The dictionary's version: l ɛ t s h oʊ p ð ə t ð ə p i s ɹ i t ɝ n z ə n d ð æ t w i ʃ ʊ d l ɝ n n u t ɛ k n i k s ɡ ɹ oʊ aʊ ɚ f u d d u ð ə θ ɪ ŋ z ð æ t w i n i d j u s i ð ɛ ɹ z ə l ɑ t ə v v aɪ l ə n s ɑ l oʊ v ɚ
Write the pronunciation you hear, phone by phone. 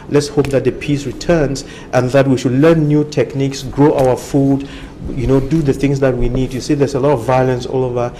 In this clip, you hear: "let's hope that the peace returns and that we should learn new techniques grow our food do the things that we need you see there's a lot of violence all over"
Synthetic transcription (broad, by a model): l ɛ t s h oʊ p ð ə t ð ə p i s ɹ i t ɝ n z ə n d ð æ t w i ʃ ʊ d l ɝ n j u t ɛ k n i k s ɡ ɹ oʊ aʊ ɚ f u d d u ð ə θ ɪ ŋ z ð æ t w i n i d j u s i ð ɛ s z ə l ɑ t ə v v aɪ l ə n s ɑ l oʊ v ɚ